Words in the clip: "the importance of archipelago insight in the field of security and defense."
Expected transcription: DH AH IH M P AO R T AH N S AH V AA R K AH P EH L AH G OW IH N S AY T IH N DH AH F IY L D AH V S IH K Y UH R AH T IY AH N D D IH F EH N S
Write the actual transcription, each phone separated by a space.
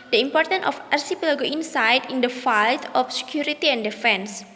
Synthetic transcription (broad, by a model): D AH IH M P AO R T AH N AH F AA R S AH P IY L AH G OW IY N S AY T IH N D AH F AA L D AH F S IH K Y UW R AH T IY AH N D D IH F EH N S